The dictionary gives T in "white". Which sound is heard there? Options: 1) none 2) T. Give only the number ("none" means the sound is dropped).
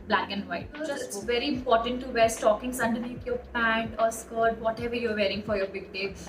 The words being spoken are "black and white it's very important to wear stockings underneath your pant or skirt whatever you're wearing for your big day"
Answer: 1